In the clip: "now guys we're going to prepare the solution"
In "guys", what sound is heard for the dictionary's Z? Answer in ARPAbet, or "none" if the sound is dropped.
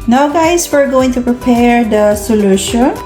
S